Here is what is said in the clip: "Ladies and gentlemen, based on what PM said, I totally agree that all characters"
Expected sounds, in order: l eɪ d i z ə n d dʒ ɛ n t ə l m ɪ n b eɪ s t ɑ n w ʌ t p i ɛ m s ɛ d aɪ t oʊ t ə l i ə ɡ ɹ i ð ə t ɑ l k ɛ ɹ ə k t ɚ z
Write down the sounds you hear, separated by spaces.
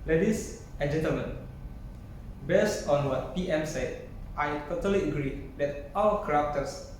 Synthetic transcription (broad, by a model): l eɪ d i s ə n dʒ ɛ n t ə l m ɪ n b eɪ s t ɑ n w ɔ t p i ɛ m s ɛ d aɪ t oʊ t ə l i ə ɡ ɹ i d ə t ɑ w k ɹ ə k t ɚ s